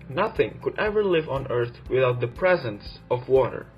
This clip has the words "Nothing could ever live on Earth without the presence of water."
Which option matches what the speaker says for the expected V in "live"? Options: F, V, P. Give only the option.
V